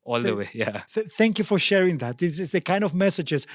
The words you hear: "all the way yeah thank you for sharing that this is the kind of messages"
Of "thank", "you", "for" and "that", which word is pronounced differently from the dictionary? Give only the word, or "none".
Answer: none